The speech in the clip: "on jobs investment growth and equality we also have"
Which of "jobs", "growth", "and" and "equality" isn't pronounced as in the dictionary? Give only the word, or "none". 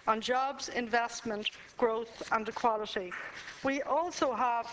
none